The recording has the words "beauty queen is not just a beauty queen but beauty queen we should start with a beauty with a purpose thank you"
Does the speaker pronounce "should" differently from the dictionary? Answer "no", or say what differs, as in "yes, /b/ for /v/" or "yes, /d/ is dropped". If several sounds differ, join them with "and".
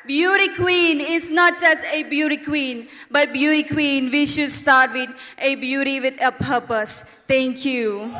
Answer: no